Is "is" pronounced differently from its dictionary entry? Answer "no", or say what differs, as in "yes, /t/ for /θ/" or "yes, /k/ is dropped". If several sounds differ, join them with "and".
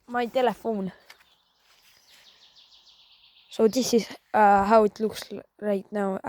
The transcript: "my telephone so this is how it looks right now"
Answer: yes, /s/ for /z/